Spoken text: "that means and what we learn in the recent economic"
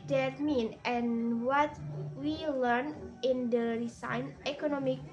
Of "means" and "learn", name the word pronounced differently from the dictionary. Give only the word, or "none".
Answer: means